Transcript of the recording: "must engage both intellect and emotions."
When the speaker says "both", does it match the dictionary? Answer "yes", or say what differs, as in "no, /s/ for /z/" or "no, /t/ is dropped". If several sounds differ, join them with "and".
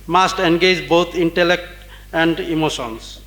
no, /t/ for /θ/